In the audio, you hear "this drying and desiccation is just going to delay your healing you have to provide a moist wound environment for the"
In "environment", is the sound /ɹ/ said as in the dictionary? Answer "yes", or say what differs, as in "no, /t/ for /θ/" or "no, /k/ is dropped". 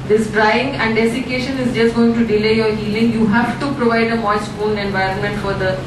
yes